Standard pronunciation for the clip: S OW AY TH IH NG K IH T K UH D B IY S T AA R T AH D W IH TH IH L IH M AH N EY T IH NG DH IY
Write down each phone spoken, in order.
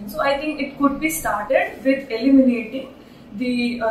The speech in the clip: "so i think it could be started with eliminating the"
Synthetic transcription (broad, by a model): S OW AY T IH NG K IH T K UH D B IY S T AA R T AH D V IH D IH L IH M AH N EY T IH NG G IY